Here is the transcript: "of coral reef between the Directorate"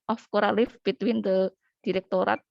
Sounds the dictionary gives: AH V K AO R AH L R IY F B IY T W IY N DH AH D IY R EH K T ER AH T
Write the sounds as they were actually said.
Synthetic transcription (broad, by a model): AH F K AO R AH L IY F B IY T W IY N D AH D IY R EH K T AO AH T